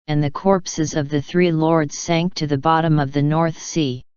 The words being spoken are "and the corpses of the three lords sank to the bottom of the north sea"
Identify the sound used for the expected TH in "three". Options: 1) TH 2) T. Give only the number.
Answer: 1